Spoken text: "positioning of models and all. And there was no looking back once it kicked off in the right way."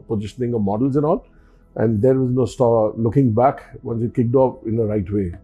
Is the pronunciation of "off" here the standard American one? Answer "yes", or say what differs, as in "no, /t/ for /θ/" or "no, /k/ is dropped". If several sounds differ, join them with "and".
no, /p/ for /f/